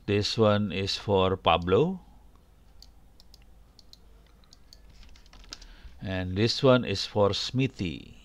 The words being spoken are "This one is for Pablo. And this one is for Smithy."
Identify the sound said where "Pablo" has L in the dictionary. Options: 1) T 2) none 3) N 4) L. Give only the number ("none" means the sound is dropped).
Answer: 4